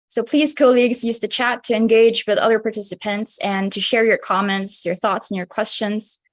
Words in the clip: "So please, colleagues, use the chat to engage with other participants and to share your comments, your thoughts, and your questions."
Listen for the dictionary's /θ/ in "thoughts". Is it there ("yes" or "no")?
yes